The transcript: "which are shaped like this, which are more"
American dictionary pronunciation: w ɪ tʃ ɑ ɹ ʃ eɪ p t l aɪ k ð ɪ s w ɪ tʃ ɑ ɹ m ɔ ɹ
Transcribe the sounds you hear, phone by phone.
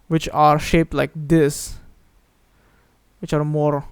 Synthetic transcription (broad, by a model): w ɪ tʃ ɑ ɹ ʃ eɪ p t l aɪ k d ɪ s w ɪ tʃ ɑ ɹ m ɔ ɹ